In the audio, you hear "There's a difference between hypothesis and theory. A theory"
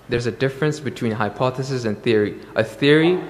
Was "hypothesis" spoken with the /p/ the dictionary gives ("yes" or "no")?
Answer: yes